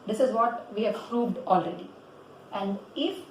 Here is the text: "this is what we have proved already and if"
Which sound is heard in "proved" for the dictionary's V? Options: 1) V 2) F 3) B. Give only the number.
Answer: 3